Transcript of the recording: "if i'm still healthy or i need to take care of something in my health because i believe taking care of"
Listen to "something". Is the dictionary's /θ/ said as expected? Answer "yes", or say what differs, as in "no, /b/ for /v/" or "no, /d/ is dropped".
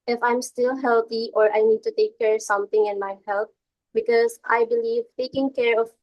no, /t/ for /θ/